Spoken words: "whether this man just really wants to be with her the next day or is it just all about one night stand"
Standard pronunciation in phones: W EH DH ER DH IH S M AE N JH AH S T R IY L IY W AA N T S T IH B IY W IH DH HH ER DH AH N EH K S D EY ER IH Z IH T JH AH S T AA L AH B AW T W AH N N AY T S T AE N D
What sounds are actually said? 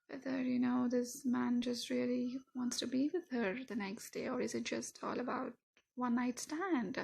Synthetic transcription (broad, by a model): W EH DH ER DH IH S M AE N JH AH S T R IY L IY W AA N T S T IH B IY W IH DH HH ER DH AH N EH K S D EY ER IH Z IH T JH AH S T AA L AH B AW T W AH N N AY T S T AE N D